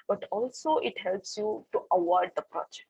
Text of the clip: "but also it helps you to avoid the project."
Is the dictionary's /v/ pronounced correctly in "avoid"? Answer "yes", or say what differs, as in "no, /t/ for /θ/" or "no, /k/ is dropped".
no, /w/ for /v/